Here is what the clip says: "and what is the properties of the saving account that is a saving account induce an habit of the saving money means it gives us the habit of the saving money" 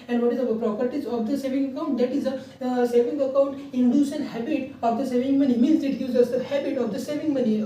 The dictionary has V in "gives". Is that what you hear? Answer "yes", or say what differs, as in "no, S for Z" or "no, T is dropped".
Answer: no, V is dropped